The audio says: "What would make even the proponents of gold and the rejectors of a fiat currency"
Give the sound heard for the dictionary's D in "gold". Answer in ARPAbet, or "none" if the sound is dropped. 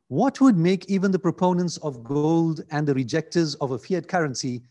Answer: D